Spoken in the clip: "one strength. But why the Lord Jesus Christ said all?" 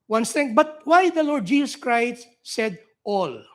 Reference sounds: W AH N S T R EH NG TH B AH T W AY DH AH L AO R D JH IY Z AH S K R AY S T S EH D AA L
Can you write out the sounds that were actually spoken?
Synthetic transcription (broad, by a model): W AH N S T EH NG B AH T W AY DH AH L AO R D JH IY S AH S K R AY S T S EH D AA L